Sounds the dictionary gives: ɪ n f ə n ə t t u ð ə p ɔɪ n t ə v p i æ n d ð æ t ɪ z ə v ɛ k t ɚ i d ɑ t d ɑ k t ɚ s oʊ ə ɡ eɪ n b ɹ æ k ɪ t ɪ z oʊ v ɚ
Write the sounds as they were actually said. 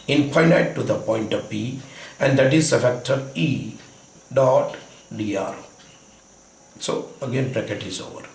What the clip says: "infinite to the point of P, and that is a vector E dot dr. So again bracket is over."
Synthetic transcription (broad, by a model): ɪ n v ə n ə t t u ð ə p ɔɪ n t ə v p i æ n d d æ t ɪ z ə f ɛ k t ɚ i d ɑ t d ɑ t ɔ s oʊ ə ɡ eɪ n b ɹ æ k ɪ t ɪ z oʊ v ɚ